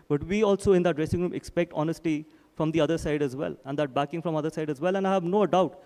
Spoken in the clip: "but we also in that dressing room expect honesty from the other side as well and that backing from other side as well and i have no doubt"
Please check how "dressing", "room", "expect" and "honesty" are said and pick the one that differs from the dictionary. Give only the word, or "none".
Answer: none